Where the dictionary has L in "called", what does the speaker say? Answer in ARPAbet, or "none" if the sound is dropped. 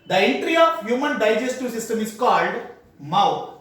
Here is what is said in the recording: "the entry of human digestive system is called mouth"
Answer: L